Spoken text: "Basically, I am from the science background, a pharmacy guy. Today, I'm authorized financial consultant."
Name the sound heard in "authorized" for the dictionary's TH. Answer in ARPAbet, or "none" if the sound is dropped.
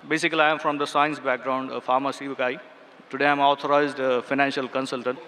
T